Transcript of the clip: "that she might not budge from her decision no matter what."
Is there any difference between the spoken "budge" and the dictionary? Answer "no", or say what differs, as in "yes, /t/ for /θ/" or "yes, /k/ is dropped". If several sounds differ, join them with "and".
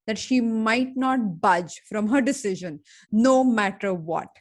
no